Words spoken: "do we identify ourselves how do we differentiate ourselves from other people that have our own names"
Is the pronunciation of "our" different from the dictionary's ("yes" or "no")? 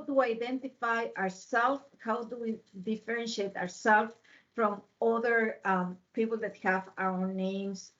yes